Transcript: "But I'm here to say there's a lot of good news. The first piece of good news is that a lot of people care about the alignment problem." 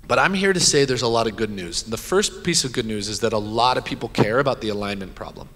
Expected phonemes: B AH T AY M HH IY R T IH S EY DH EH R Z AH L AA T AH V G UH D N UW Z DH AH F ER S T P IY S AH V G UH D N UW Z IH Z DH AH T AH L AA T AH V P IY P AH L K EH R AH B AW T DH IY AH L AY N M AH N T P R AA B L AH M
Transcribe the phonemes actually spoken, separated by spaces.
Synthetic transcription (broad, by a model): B AH T AY M HH IY R T IH S EY DH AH R Z AH L AA T AH V G UH D N UW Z DH AH F ER S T P IY S AH V G UH D N UW Z IH Z DH AH T AH L AA T AH V P IY P L K EH R AH B AW T DH IY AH L AY N M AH N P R AA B L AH M